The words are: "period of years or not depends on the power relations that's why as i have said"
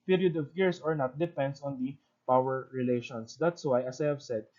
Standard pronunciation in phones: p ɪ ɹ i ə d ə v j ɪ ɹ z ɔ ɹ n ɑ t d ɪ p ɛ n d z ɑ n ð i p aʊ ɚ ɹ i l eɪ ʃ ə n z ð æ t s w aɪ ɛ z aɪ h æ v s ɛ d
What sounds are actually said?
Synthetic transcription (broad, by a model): p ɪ ɹ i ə d ə v j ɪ ɹ s ɔ ɹ n ɑ t d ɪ p ɛ n d s ɑ n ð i p aʊ ɚ ɹ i l eɪ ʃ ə n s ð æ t s w aɪ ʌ s aɪ h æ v s ɛ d